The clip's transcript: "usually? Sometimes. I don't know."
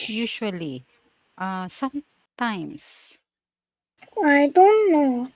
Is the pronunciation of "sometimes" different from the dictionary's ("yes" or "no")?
yes